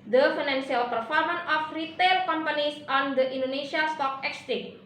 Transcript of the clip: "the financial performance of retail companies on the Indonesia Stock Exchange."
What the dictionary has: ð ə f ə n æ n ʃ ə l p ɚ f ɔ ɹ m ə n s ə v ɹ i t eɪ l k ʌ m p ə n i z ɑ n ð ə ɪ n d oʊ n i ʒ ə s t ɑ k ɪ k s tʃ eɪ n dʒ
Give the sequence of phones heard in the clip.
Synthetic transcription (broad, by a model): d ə f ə n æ n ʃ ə l p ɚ f ɔ ɹ m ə n ə f ɹ i t eɪ l k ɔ m p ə n i s ɑ n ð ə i n d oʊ n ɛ ʃ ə s t ɑ k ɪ k s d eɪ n